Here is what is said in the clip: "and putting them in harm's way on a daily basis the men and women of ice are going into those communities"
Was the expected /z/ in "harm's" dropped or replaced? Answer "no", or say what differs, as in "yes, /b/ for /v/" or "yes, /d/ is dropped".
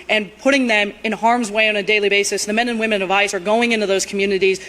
no